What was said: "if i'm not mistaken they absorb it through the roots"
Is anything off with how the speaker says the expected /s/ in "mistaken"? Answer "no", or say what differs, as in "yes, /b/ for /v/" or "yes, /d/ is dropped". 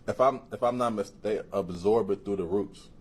yes, /s/ is dropped